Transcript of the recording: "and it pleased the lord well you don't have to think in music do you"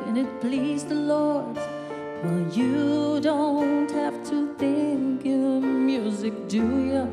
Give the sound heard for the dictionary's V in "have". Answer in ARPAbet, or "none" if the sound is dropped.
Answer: F